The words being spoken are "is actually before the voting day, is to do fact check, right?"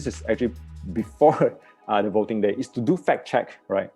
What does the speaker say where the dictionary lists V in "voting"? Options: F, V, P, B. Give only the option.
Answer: V